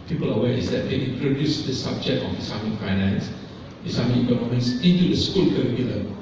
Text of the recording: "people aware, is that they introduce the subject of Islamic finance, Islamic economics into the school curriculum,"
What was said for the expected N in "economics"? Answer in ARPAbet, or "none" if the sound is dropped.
L